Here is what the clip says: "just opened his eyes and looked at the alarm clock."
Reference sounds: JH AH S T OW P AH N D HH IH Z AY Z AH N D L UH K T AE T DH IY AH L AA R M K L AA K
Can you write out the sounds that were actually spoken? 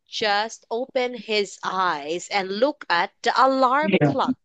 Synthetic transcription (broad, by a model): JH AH S T OW P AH N HH IH Z AY Z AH N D L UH K AE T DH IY AH L AA R M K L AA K